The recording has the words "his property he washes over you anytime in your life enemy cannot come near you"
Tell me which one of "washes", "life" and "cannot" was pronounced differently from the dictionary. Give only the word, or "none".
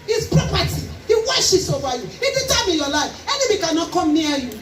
washes